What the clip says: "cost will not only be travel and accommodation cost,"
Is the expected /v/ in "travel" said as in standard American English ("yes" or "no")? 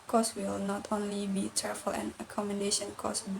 no